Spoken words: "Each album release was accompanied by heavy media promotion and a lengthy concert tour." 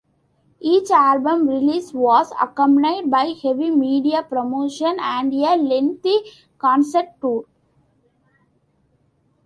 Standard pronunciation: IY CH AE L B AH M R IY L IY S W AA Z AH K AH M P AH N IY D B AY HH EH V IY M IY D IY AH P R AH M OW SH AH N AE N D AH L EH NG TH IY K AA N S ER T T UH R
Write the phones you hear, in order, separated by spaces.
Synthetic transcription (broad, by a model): IY CH AE L B AH M R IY L IY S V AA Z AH K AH M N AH IY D B AY HH EH V IY M IY D IY AH P R AH M OW SH AH N AE N D AH L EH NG T IY K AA N S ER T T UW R